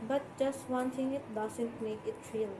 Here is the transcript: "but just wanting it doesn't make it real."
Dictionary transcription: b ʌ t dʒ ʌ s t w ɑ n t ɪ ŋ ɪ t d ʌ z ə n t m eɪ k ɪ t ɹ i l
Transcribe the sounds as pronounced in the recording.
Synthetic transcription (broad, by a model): b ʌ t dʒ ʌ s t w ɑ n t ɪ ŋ ɪ t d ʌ s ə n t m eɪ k ɪ t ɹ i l